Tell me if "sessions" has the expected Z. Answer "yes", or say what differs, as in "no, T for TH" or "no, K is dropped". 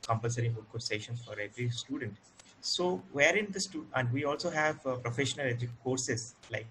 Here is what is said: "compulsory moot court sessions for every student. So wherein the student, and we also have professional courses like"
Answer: no, Z is dropped